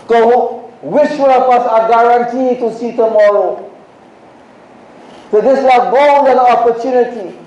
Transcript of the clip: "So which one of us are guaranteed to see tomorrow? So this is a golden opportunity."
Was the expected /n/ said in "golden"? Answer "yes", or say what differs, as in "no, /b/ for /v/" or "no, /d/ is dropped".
no, /n/ is dropped